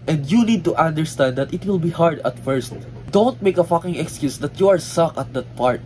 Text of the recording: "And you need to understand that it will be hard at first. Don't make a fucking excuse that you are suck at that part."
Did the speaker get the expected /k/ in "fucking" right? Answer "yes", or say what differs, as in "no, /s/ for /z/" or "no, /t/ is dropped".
yes